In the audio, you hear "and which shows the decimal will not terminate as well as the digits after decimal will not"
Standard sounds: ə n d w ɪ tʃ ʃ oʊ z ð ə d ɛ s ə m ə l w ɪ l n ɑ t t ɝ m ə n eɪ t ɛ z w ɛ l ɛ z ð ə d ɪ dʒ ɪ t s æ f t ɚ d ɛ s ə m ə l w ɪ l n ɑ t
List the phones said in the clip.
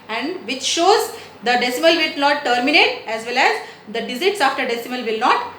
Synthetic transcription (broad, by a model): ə n d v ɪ tʃ ʃ oʊ z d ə d ɛ s ə m ə l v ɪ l n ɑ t t ɝ m ə n eɪ t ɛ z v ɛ l ɛ z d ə d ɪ z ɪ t s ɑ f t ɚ d ɛ s ə m ə l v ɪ l n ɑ t